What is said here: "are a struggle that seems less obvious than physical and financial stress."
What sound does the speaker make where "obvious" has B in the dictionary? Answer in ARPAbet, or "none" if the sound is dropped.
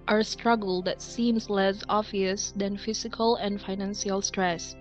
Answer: none